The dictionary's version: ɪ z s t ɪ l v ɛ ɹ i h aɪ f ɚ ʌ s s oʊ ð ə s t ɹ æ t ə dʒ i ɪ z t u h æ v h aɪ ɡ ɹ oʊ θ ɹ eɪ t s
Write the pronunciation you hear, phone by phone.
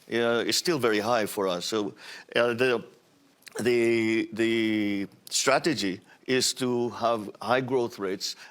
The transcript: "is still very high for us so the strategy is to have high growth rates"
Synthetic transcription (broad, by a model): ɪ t s t ɪ l v ɛ ɹ i h aɪ f ɚ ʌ s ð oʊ ð ə s t ɹ æ t ə dʒ i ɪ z t u h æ v h aɪ ɡ ɹ oʊ θ ɹ eɪ t s